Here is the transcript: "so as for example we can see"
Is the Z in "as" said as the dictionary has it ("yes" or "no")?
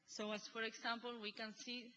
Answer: no